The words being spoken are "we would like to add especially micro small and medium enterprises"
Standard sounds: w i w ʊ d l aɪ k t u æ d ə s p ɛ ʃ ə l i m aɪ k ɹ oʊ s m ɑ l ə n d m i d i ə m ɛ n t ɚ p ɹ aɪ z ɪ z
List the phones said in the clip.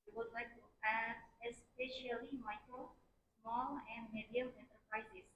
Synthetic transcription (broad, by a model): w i w ʊ d l aɪ k t u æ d ə s p ɛ ʃ ə l i m aɪ k ɹ oʊ s m ɑ l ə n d m i d i ə m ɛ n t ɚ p ɹ aɪ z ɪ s